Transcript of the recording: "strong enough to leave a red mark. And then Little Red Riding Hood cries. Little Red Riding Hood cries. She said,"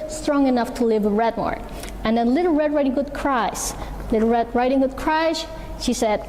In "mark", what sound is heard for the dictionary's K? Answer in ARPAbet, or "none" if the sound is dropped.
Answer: none